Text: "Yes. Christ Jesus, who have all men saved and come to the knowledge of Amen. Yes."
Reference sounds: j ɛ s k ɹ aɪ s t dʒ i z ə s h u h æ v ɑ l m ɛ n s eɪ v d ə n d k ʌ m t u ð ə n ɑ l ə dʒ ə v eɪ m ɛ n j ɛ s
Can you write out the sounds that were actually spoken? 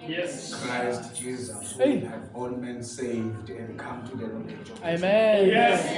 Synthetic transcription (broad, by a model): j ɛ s k ɹ aɪ s t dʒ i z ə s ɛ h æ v ɑ l m ɛ n s eɪ v d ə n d k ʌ m t u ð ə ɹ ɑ ə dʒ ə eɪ m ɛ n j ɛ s